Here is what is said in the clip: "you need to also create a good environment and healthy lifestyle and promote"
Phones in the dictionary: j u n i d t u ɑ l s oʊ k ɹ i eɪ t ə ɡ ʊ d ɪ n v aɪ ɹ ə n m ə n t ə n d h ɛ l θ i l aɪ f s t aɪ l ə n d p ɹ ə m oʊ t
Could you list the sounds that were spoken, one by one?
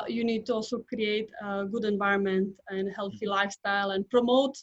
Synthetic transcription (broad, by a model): j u n i d t u ɑ l s oʊ k ɹ i eɪ t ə ɡ ʊ d ɪ n v aɪ ɹ ə n m ə n t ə n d h ɛ l θ i l aɪ f s t aɪ l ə n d p ɹ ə m oʊ t